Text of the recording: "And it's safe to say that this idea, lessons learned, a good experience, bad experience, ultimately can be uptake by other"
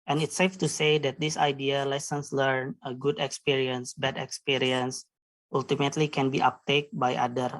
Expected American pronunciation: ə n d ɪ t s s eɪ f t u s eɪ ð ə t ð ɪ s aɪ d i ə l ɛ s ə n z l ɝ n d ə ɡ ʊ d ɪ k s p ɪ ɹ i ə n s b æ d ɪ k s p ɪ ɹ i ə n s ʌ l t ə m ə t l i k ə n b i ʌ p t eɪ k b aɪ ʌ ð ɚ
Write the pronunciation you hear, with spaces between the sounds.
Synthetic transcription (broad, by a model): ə n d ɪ t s s eɪ f t u s eɪ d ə t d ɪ s aɪ d i ə l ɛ s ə n s l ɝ n ə ɡ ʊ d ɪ k s p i ɹ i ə n s b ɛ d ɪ k s p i ɹ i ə n s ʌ l t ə m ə t l i k ə n b i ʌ p t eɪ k b aɪ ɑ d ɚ